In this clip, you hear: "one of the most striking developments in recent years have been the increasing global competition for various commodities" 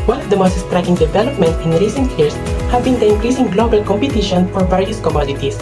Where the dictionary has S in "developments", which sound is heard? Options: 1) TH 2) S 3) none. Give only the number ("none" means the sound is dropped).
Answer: 3